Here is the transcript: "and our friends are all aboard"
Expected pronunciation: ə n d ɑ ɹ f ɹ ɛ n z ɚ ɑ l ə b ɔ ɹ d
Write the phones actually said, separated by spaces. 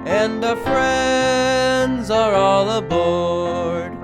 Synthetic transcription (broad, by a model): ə n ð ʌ f ɹ ɛ n z ɚ ɑ l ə b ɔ ɹ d